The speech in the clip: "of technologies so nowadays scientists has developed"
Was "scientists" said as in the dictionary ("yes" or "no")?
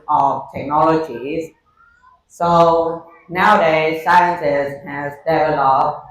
no